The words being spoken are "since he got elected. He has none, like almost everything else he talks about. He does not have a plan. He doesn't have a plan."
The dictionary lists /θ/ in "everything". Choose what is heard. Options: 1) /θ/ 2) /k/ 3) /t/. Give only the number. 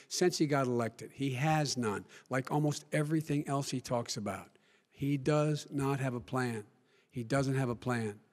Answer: 1